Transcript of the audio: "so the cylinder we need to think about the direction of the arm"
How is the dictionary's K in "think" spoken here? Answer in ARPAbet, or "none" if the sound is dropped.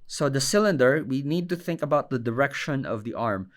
K